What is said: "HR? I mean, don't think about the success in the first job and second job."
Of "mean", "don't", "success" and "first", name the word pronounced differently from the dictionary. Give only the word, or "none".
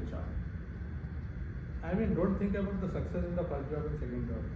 first